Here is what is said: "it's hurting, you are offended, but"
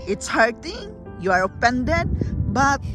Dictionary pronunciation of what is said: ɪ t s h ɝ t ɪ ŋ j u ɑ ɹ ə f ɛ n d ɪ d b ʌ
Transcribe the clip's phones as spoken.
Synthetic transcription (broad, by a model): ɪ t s h ɝ t ɪ ŋ j u ɑ ɹ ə p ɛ n d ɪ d b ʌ